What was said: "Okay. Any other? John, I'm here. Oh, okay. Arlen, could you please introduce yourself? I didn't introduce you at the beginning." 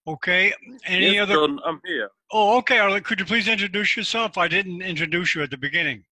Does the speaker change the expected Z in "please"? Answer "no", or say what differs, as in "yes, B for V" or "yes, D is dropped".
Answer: no